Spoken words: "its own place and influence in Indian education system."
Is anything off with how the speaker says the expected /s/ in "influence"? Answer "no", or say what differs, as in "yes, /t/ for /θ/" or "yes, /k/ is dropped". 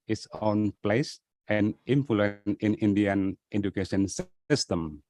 yes, /s/ is dropped